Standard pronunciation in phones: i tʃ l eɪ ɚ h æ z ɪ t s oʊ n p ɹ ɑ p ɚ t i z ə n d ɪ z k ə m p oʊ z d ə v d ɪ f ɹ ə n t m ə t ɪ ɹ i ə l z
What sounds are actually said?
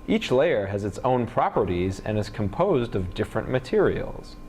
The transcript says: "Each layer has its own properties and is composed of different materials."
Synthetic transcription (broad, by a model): i tʃ l eɪ ɚ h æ z ɪ t s oʊ n p ɹ ɑ p ɚ t i z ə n ɪ z k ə m p oʊ z d ə v d ɪ f ɹ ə n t m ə t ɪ ɹ i l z